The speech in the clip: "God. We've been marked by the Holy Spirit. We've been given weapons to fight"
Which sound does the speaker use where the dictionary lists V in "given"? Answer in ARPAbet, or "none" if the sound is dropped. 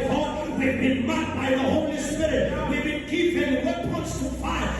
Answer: P